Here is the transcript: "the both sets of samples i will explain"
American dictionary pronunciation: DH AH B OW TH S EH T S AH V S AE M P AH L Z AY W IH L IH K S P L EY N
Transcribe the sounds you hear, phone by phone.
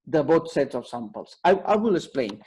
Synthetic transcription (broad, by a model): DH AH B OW T S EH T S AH F S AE M P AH L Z AY W IH L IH K S P L EY N